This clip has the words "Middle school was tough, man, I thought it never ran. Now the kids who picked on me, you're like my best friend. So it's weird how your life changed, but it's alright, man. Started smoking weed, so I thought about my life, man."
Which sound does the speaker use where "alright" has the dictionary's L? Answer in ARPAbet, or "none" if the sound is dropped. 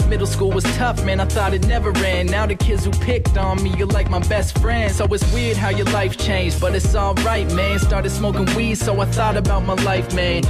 none